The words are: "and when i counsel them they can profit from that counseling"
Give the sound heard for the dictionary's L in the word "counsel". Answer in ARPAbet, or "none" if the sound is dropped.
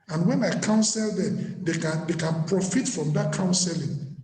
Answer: L